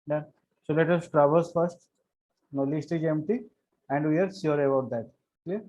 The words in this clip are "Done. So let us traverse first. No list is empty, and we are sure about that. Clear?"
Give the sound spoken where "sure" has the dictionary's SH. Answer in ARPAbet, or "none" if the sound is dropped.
S